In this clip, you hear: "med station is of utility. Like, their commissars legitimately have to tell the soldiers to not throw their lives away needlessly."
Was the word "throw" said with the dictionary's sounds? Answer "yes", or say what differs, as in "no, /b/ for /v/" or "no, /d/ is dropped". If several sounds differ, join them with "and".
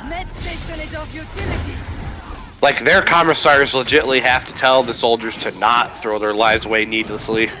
yes